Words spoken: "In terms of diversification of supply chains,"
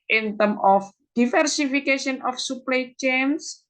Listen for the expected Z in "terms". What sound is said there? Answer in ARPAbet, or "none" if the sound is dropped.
none